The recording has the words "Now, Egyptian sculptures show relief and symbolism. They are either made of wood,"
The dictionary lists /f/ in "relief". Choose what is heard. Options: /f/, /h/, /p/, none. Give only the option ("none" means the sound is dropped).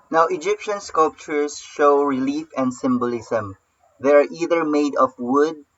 /f/